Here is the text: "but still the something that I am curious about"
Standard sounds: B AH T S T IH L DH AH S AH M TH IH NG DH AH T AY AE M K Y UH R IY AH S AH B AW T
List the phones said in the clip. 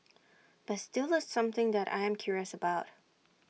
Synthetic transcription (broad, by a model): B AH T S T IH L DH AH S AH M TH IH NG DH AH T AY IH M K Y UH R IY AH S AH B AW T